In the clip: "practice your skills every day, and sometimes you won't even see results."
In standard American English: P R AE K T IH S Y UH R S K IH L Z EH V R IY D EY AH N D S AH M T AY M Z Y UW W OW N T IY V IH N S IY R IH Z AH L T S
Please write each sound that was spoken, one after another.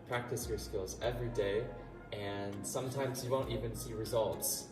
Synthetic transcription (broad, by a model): P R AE K T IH S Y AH R S K IH L Z EH V R IY D EY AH N S AH M T AY M Z Y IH W OW N T IY V IH N S IY R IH Z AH L T S